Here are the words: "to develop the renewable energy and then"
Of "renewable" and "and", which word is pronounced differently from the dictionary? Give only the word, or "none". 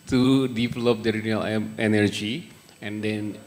renewable